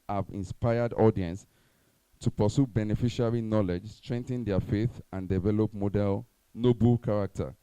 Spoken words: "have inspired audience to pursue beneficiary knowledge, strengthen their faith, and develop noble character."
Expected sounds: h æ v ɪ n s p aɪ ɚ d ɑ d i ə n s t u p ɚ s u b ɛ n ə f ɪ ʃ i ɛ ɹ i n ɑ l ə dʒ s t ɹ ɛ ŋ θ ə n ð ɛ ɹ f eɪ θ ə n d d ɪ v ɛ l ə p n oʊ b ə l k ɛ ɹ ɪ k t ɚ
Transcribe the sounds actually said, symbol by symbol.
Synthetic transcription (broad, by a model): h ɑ v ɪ n s p aɪ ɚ d ɑ d i ə n s t u p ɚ s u b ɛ n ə f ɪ ʃ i ɹ i n ɑ l ə dʒ s t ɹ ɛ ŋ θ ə n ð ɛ f eɪ θ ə n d d ɪ v ɛ l ə p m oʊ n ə l k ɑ ɹ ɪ k t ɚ